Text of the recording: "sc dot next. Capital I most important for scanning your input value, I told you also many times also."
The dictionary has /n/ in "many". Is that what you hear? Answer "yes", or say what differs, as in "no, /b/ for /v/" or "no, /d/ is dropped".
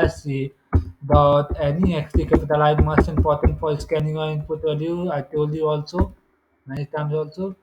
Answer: no, /n/ is dropped